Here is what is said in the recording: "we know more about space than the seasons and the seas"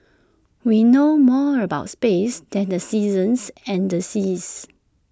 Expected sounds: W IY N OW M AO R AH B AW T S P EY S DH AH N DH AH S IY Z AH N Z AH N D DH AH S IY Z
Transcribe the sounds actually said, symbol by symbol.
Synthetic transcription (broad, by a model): W IY N OW M AO R AH B AW T S P EY S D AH N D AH S IY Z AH N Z AH N D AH S IY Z